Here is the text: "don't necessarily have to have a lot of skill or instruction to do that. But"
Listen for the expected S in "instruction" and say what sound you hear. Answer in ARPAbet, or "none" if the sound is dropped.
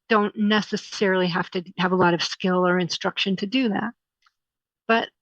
S